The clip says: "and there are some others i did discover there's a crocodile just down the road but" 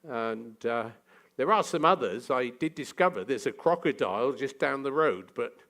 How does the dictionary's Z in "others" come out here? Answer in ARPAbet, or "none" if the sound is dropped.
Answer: Z